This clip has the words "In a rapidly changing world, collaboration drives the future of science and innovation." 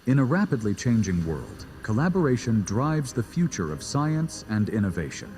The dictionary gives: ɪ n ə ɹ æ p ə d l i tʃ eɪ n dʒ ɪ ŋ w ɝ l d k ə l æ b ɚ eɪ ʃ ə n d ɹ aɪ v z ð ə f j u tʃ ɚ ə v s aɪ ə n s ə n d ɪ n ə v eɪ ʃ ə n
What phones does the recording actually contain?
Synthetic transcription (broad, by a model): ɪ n ə ɹ æ p ə d l i tʃ eɪ n dʒ ɪ ŋ w ɝ l d k ə l æ b ɚ eɪ ʃ ə n d ɹ aɪ v z ð ə f j u tʃ ɚ ə v s aɪ ə n s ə n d ɪ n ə v eɪ ʃ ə n